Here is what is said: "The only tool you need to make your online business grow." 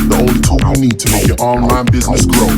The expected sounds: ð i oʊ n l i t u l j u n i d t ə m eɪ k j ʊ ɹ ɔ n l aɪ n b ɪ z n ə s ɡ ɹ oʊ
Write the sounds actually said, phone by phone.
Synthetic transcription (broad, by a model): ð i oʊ l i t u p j n i d t ə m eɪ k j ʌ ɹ ɔ n l aɪ n b ɪ z n ə s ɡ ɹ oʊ